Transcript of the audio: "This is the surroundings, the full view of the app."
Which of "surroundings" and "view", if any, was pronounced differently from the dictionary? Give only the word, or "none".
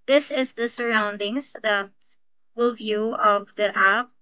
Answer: none